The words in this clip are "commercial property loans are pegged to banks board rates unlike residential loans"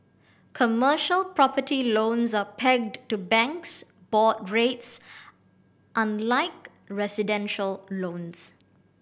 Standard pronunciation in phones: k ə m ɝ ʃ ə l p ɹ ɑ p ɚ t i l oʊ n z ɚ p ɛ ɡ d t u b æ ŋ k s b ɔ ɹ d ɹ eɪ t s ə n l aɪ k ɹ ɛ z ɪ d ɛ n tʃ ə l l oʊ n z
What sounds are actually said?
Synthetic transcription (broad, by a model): k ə m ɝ ʃ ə l p ɹ ɑ p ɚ t i l oʊ n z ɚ p ɛ ɡ d t u b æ ŋ k s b ɔ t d ɹ eɪ t s ə n l aɪ k ɹ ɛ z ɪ d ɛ n ʃ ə l l oʊ n s